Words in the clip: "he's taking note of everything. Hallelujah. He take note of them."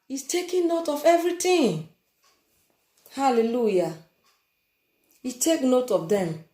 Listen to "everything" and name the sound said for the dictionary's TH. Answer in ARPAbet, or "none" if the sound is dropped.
T